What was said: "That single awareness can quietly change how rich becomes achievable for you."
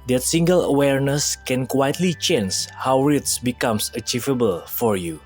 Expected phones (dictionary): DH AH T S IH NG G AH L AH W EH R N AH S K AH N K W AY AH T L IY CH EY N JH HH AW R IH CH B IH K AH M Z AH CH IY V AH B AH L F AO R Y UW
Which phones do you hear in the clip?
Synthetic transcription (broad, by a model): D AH T S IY NG G AH L AH W EH R N AH S K AH N K W AY AH T L IY CH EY N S HH AW R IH S B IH K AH M S AH CH IY V AH B AH L F AO R Y UW